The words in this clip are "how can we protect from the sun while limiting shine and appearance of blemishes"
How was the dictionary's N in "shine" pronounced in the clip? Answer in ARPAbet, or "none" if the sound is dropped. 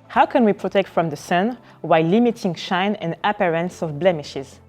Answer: N